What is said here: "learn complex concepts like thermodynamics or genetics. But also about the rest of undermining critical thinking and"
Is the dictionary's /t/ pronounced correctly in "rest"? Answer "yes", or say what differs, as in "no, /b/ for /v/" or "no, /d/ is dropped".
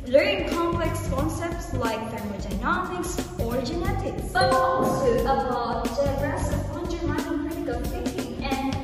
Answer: no, /t/ is dropped